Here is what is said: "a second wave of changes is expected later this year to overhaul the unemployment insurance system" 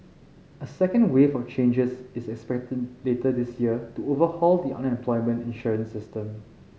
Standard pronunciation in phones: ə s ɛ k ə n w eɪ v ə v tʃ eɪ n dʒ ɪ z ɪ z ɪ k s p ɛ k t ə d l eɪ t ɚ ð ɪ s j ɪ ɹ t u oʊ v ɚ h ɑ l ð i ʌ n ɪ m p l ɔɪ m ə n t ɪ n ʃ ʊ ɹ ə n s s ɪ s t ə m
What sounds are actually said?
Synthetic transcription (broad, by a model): ə s ɛ k ə n w eɪ f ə tʃ eɪ n dʒ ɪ s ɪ s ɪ k s p ɛ k t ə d l eɪ t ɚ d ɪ s j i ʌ t u oʊ v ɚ h ɑ l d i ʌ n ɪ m p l ɔɪ m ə n t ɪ n ʃ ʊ ɹ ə n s s ɪ s t ə m